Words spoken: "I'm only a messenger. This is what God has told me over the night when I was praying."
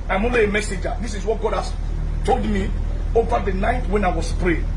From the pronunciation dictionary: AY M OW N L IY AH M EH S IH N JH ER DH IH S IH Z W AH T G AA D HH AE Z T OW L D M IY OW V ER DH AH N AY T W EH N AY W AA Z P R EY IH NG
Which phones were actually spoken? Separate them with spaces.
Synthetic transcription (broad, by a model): AY M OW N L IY AH M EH S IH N JH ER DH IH S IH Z W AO T G AA D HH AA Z T OW L D M IY OW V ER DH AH N AY T W EH N AY W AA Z P R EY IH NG